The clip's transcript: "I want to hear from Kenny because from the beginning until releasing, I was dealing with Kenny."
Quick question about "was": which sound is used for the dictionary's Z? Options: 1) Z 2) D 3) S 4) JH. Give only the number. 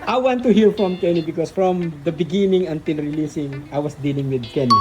3